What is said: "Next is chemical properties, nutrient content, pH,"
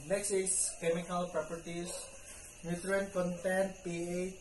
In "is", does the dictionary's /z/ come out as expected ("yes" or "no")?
no